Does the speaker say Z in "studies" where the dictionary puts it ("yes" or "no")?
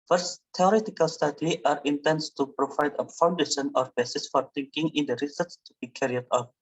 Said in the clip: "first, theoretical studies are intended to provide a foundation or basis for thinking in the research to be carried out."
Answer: no